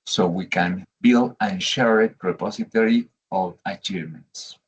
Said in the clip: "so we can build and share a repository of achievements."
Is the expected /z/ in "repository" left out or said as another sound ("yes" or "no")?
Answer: yes